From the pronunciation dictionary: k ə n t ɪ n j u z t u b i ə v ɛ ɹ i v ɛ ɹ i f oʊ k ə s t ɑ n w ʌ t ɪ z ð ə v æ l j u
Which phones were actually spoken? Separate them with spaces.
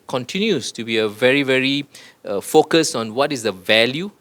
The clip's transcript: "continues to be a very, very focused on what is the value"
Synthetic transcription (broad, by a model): k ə n t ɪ n j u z t u b i ə v ɛ ɹ i v ɛ ɹ i f oʊ k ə s ɑ n w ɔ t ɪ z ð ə v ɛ l j u